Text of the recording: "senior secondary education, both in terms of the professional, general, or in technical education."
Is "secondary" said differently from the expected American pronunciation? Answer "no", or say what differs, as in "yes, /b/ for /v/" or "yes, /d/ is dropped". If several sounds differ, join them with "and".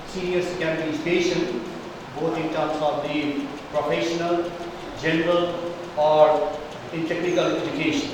yes, /n/ is dropped